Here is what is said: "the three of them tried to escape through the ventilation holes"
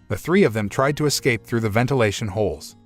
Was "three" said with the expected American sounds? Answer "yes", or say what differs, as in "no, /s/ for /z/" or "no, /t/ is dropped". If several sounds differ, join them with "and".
yes